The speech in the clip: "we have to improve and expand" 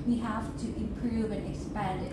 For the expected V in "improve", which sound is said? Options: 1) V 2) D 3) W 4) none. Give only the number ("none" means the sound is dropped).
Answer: 1